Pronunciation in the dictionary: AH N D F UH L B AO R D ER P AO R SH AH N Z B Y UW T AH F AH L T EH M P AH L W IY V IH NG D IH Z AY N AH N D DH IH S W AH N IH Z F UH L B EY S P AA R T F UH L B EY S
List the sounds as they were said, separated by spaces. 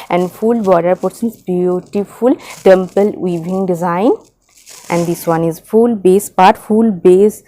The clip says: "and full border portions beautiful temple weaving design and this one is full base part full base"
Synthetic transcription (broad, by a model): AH N D F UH L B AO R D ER P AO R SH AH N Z B Y UW T AH F AH L T EH M P AH L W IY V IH NG D IH Z AY N AH N D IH S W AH N IH Z F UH L B EY S P AA R T F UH L B EY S